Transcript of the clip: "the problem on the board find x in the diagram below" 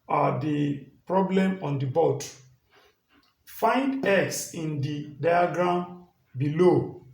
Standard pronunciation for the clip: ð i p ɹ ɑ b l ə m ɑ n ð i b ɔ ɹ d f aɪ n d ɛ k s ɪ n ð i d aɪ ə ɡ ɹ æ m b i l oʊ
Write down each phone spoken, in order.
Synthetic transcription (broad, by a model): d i p ɹ ɑ b l ə m ɑ n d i b ɔ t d f aɪ n d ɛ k s ɪ n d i d aɪ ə ɡ ɹ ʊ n b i l oʊ